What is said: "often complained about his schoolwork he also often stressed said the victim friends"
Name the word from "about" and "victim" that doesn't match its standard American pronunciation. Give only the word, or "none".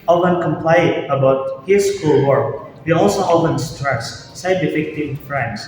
victim